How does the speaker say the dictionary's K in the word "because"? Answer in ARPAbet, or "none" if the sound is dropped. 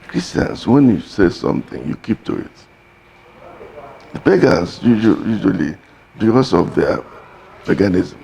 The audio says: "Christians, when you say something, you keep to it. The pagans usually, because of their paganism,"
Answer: none